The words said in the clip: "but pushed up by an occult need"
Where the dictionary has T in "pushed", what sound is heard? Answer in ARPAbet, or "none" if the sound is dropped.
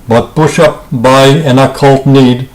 none